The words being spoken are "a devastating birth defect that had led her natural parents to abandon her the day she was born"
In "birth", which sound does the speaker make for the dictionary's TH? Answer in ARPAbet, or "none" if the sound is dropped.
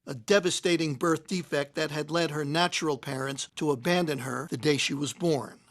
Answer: TH